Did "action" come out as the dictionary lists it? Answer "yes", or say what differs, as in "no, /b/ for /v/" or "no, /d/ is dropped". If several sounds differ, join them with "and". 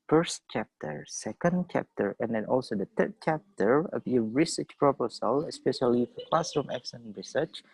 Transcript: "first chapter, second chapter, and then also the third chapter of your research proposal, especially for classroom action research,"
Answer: no, /s/ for /ʃ/